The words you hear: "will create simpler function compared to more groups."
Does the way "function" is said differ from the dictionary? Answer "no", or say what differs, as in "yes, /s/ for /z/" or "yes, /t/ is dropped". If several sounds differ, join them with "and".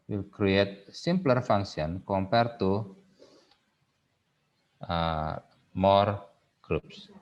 yes, /s/ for /ʃ/